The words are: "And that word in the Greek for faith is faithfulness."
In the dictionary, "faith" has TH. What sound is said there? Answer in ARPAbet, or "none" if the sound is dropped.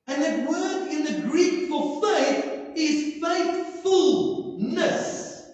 TH